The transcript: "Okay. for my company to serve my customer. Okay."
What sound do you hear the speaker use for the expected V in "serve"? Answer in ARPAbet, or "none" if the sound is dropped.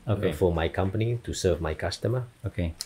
V